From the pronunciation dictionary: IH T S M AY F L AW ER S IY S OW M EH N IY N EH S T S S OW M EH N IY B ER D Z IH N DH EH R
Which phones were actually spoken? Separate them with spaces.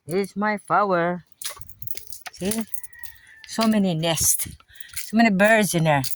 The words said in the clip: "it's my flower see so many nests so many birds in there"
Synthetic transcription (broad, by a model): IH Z M AY F AW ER S IY S OW M EH N IY N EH S T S S OW M EH N IY B ER D Z IH N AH R